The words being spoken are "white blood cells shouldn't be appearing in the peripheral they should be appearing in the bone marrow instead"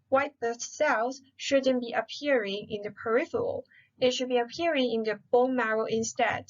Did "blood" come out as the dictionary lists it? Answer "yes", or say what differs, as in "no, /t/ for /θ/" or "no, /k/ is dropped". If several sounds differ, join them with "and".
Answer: no, /l/ is dropped